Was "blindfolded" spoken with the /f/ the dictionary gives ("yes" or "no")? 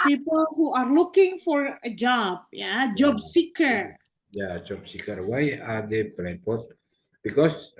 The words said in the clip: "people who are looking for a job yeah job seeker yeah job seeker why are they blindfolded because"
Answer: no